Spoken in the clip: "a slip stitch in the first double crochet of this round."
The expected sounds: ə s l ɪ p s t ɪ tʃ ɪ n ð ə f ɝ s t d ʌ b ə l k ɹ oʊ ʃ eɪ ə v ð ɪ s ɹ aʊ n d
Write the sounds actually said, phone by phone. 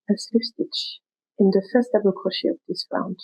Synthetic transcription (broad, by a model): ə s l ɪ f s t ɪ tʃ ɪ n ð ə f ɝ s t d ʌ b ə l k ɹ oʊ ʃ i ə v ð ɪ s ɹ aʊ n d